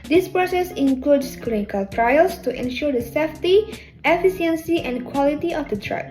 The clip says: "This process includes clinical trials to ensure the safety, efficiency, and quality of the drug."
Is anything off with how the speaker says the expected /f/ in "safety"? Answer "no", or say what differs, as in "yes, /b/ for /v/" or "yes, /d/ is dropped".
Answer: no